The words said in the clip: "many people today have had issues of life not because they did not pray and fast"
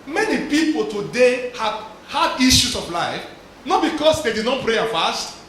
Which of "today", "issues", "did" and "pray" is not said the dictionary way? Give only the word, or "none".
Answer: issues